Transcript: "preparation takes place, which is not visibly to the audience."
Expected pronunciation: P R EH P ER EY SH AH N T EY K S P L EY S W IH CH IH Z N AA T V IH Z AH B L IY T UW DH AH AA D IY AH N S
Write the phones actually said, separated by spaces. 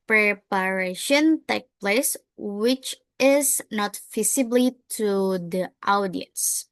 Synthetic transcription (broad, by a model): P R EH P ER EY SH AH N T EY K P L EY S W IH CH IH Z N AA T F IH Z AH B L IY T UW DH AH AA D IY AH N S